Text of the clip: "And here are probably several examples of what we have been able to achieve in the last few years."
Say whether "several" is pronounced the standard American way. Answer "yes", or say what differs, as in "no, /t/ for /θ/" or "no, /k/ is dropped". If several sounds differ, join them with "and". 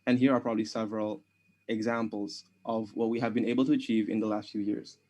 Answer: yes